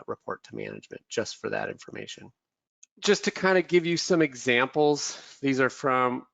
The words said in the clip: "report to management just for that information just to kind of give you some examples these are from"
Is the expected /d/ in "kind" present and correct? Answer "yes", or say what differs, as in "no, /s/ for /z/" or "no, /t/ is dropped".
yes